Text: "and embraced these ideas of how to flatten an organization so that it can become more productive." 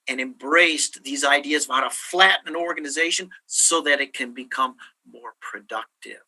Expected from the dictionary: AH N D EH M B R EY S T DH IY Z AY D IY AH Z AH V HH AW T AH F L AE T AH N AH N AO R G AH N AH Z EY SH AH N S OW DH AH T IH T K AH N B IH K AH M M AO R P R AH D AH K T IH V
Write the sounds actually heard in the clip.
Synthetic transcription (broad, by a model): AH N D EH M B R EY S DH IY Z AY D IY AH Z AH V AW T AH F L AE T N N AO R G AH N AH Z EY SH AH N S OW DH AH T IH T K AH N B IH K AH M M AO R P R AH D AH K T IH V